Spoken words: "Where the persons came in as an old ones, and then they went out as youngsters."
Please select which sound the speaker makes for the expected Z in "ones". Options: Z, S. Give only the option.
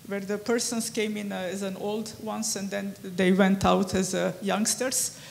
S